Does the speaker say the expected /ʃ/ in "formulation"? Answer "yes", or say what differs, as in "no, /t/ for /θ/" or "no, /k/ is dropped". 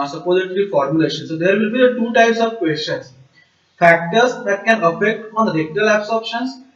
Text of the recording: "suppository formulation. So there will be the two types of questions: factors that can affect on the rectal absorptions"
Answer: yes